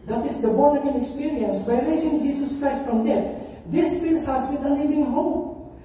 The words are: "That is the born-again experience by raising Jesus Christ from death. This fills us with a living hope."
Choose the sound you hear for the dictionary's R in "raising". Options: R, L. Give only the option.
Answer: L